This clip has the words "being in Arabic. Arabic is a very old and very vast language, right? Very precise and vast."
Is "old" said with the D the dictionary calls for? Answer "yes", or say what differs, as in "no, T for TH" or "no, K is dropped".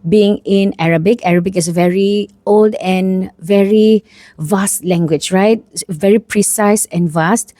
yes